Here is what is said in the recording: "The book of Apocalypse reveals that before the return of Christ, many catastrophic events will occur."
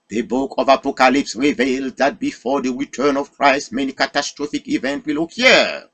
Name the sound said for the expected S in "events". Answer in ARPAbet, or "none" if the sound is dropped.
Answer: none